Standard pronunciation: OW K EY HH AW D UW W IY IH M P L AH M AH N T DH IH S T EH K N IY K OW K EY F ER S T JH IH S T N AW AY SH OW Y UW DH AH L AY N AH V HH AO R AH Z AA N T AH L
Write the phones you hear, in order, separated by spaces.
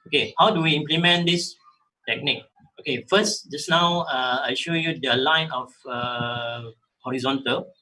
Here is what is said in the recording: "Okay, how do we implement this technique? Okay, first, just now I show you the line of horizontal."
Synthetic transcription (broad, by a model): OW K EY HH AW D UW W IY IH M P L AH M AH N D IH S T EH K N IY K OW K EY F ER S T JH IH S N AW AY SH OW Y UW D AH L AY N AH F HH AO R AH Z AA N T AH L